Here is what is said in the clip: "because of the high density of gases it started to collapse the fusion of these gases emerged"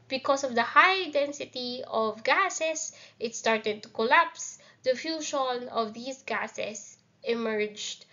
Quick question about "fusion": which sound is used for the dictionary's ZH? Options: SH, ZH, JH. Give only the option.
SH